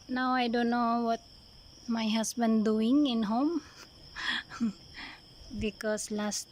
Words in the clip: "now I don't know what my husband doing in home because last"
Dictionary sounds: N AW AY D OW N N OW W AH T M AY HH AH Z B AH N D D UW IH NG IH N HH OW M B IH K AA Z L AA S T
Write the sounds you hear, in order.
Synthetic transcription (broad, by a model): N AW AY D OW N N OW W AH T M AY HH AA S B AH N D D UW IH NG IH N HH OW M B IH K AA S L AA S T